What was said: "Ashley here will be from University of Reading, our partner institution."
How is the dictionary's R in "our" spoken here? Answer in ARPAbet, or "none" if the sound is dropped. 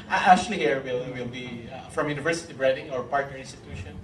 R